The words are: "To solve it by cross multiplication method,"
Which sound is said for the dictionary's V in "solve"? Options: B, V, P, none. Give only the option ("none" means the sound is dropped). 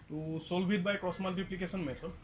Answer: B